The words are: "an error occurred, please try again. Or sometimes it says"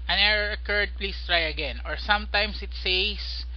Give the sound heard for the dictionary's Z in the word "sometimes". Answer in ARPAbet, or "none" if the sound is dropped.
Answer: S